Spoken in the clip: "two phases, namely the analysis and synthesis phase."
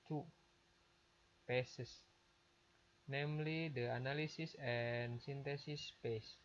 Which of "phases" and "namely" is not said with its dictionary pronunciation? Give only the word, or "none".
phases